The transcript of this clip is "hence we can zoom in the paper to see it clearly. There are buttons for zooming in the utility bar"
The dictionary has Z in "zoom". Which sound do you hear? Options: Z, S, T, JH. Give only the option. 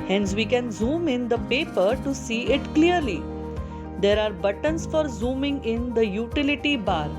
Z